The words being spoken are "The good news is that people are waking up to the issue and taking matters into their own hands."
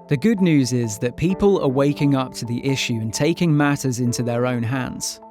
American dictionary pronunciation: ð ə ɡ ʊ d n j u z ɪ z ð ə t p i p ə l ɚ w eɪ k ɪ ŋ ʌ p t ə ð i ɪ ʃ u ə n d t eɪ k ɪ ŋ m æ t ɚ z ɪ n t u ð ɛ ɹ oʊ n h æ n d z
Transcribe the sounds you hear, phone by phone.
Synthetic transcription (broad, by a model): ð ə ɡ ʊ d n j u z ɪ z ð ə t p i p ə l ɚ w eɪ k ɪ ŋ ʌ p t ə ð i ɪ ʃ u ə n t eɪ k ɪ ŋ m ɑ t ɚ z ɪ n t u ð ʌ ɹ oʊ n h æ n d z